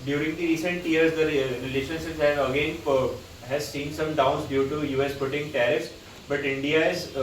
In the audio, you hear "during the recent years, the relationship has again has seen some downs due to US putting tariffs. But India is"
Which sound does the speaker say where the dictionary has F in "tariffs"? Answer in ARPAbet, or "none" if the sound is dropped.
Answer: none